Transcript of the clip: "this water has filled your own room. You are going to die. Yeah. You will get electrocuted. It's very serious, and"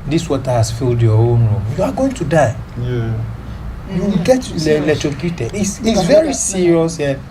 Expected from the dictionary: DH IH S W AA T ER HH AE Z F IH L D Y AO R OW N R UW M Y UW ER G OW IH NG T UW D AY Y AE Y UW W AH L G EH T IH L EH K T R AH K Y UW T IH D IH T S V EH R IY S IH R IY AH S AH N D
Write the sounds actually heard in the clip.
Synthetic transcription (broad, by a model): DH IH S W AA T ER HH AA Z F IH L D Y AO OW N R UW M Y UW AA G OW IH NG T UW D AY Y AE Y UW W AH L G EH T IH L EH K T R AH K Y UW T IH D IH S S V EH R IY S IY R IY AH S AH